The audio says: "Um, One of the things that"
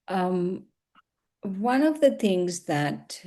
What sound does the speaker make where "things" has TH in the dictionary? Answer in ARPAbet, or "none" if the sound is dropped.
TH